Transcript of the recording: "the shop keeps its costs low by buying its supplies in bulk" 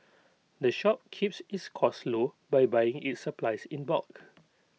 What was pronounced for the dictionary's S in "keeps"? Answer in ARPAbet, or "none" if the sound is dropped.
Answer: S